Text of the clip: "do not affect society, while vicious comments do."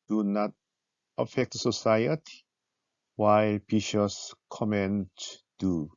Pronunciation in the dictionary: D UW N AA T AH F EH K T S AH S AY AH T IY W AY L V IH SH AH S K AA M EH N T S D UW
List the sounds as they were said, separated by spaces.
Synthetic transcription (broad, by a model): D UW N AA T AH F EH K T S AH S AY AH T IY W AY L B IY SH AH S K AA M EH N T D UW